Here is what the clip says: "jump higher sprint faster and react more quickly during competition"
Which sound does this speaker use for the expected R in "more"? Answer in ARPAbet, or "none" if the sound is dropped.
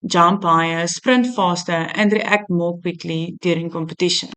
L